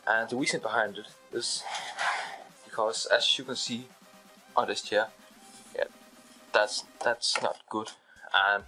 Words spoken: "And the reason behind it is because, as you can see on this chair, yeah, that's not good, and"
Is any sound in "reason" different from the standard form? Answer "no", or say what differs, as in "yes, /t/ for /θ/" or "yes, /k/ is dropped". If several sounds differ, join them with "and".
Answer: yes, /w/ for /ɹ/